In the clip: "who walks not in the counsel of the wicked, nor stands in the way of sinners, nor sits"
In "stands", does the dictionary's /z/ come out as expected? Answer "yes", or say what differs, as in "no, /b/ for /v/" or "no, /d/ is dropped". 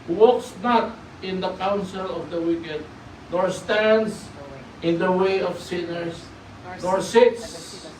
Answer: no, /s/ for /z/